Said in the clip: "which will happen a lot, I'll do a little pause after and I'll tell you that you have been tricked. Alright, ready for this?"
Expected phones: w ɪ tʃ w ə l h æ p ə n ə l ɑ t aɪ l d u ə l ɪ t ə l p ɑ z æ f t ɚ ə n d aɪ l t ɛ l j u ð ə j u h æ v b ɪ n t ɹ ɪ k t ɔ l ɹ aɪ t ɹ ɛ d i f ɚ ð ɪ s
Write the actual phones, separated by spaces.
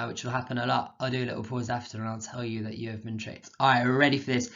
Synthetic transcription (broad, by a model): w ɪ tʃ w ə l h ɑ p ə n ə l ɑ t aɪ l d ə l ɪ t l p ɑ z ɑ f t ɚ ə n aɪ l t ɛ l j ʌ ð ə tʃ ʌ v b ɪ n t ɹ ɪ t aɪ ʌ ɹ ɛ d i f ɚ ð ɪ s